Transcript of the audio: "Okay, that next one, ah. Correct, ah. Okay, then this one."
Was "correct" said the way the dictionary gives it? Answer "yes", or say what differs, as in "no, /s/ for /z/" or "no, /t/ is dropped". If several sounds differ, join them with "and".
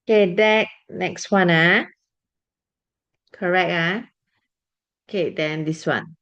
no, /t/ is dropped